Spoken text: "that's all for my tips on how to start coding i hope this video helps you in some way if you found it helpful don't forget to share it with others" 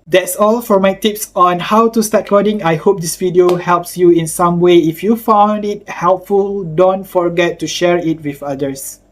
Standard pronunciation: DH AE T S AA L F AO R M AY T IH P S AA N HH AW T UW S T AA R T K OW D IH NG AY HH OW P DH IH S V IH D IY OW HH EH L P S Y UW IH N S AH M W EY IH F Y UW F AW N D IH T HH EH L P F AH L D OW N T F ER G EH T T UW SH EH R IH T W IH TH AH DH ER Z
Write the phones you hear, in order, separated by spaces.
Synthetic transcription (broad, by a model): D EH T S AA L F AO R M AY T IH P S AA N HH AW T UW S T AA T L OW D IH NG AY HH OW P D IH S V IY D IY OW HH EH L P S Y UW IH N S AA M W EY IH F Y UW F AW N D IH T HH EH L P F AH L D OW N T F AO G EH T T UW SH EH R IH T W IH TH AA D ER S